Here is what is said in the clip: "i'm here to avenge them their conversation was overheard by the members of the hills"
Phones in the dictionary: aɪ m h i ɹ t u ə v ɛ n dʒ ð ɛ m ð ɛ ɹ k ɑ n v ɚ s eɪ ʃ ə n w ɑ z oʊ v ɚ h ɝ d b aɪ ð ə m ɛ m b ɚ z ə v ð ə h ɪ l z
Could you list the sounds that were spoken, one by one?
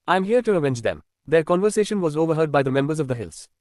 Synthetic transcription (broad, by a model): aɪ m h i ɹ t u ə v ɛ n dʒ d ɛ m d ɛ ɹ k ɑ n v ɚ s eɪ ʃ ə n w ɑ z oʊ v ɚ h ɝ d b aɪ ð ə m ɛ m b ɚ z ə v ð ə h ɪ l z